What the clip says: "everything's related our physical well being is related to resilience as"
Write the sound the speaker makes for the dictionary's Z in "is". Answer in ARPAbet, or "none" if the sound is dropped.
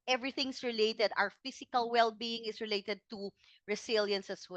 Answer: S